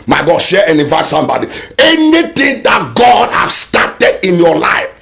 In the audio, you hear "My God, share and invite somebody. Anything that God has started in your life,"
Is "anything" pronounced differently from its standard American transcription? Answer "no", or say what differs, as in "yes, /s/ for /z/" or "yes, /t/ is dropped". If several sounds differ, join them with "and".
yes, /t/ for /θ/